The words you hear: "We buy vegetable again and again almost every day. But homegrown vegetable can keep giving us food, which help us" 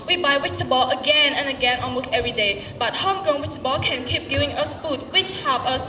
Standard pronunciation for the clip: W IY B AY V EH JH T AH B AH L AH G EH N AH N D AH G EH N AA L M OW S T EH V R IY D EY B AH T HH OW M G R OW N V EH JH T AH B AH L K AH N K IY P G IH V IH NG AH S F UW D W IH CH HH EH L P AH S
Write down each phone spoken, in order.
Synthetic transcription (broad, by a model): W IY B AY W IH CH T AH B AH L AH G EH N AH N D AH G EH N AA L M OW S T EH V R IY D EY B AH T HH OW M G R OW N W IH CH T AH B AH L K AH N K IY P G IH V IH NG AH S F UW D W IH CH HH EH P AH S